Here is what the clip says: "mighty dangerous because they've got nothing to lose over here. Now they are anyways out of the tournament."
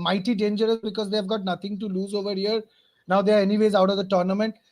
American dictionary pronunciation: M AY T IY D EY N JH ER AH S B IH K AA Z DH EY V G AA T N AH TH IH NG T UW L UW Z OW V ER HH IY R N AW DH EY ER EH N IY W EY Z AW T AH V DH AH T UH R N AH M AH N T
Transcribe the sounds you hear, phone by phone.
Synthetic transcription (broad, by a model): M AY T IY D EY N JH ER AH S B IH K AA Z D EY V G AA T N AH T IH NG T UW L UW Z OW V ER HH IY R N AW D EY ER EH N IY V EY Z AW T AH V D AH T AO R N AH M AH N T